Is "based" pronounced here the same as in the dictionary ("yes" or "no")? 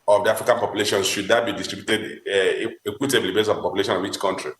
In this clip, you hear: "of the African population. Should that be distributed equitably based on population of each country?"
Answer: no